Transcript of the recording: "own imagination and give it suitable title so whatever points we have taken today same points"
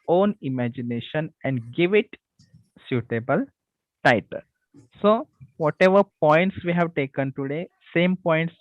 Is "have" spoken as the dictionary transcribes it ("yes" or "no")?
yes